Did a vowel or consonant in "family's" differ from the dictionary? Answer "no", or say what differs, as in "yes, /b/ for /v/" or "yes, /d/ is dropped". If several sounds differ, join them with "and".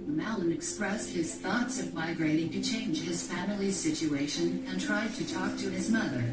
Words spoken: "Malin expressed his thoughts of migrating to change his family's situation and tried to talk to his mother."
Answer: no